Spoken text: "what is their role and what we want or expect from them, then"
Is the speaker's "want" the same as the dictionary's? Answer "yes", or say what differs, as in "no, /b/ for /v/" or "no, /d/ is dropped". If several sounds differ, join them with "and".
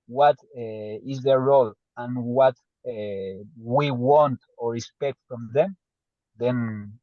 yes